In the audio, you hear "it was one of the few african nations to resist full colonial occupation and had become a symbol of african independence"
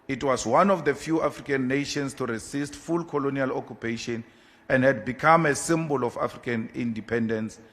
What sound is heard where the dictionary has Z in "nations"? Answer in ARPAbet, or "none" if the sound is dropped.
S